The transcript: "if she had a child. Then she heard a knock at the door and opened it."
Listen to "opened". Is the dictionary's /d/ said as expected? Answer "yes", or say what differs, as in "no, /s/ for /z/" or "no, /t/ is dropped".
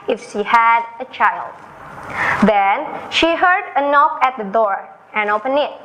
no, /d/ is dropped